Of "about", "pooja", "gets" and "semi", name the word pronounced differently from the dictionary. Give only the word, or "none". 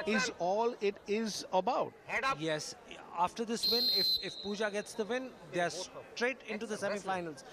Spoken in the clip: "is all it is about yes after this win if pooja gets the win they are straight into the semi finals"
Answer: none